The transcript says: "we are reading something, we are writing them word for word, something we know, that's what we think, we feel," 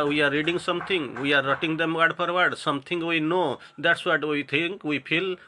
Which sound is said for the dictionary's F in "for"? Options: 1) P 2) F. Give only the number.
1